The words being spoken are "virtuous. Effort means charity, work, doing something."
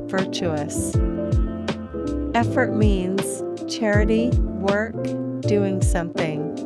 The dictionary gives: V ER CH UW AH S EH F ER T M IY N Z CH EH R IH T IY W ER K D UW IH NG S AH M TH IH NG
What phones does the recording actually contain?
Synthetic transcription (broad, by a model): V ER CH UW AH S EH F ER T M IY N Z CH EH R IH T IY W ER K D UW IH NG S AH M TH IH NG